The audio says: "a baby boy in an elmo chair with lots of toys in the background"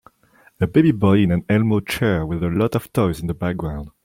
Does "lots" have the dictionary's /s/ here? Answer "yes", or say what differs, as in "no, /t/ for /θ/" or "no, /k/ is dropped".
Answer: no, /s/ is dropped